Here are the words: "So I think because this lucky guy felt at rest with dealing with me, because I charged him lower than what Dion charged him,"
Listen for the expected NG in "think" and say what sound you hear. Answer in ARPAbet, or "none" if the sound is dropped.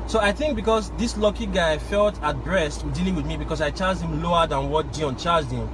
NG